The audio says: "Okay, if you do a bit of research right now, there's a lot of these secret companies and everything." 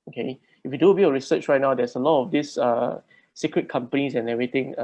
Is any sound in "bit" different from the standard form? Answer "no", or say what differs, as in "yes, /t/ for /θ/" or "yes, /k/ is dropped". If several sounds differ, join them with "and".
yes, /t/ is dropped